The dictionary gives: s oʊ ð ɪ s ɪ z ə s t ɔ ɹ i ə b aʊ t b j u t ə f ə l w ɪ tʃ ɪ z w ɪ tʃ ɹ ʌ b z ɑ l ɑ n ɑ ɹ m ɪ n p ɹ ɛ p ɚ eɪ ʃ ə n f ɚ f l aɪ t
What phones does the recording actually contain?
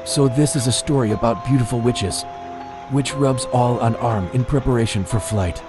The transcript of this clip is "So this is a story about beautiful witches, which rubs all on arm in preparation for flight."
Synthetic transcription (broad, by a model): s oʊ ð ɪ s ɪ z ə s t ɔ ɹ i ə b aʊ t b j u t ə f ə l w ɪ tʃ ɪ z w ɪ tʃ ɹ ʌ b z ɑ l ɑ n ɑ ɹ m ɪ n p ɹ ɛ p ɚ eɪ ʃ ə n f ɚ f l aɪ t